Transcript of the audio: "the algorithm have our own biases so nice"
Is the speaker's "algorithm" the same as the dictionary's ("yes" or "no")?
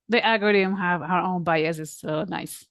no